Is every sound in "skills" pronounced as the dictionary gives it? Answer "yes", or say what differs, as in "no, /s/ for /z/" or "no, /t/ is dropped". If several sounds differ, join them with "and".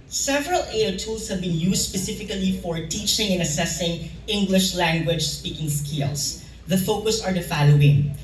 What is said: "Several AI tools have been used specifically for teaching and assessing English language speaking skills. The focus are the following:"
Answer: no, /s/ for /z/